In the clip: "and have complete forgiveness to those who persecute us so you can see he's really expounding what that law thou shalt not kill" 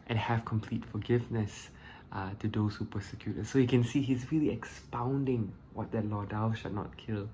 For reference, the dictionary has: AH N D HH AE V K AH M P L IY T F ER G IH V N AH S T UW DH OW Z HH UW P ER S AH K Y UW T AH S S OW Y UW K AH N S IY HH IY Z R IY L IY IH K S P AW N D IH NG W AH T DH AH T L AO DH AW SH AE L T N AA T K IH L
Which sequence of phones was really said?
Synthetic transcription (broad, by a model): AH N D HH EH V K AH M P L IY T F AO G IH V N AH S T UW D OW S HH UW P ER S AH K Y UW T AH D S OW Y UW K AH N S IY HH IY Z R IY L IY IH K S P AW N D IH NG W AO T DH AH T L AO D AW SH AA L N AA T K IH L